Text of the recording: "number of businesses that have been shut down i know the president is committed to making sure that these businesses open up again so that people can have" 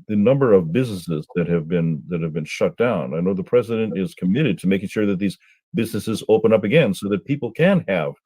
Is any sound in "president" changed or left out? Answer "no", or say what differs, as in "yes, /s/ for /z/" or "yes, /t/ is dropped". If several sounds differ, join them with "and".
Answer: no